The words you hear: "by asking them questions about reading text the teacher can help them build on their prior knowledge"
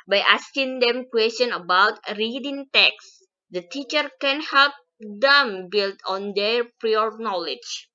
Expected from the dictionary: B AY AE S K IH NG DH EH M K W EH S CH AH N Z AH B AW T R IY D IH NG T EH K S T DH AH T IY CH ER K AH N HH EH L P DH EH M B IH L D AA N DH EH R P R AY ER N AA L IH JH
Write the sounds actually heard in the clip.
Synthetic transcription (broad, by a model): B AY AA S K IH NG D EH M K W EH S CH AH N AH B AW T R IY D IH NG T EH K S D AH T IY CH ER K AH N HH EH L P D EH M B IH L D AA N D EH R P R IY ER N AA L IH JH